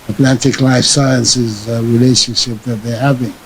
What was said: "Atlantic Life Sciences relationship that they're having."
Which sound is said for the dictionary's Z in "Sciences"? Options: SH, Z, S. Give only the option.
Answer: Z